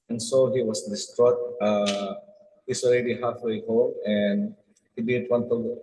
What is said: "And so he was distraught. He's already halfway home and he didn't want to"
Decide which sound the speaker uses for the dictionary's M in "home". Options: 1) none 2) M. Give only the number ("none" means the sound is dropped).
1